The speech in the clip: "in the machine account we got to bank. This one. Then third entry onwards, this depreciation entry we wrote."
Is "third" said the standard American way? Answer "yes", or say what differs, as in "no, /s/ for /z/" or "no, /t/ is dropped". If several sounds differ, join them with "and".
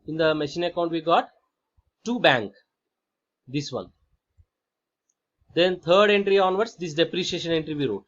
no, /t/ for /θ/